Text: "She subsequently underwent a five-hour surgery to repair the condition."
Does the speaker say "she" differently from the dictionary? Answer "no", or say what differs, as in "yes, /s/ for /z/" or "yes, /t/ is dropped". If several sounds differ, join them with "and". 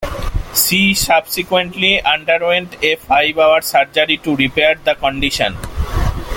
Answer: yes, /s/ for /ʃ/